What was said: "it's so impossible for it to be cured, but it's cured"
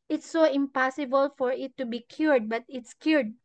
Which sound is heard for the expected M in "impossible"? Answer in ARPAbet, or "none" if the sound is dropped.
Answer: M